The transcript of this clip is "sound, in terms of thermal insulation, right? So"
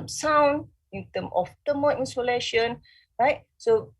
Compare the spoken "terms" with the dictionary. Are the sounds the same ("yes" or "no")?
no